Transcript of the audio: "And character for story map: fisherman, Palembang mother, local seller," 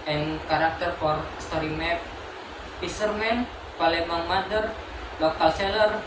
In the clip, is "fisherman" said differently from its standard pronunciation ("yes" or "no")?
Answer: yes